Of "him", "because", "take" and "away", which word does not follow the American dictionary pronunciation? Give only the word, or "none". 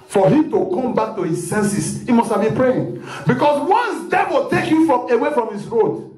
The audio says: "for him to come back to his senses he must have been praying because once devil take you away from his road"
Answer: because